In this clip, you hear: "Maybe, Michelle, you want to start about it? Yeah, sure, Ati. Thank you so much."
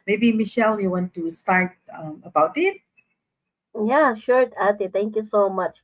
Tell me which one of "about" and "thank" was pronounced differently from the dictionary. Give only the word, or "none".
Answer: thank